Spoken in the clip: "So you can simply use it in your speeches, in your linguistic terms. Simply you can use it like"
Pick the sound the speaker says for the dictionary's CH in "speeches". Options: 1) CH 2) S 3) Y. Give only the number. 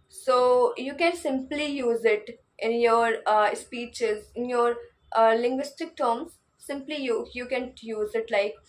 1